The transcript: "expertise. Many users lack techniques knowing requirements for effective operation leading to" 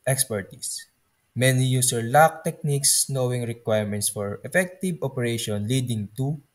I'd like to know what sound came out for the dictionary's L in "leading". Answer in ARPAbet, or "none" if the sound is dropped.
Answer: L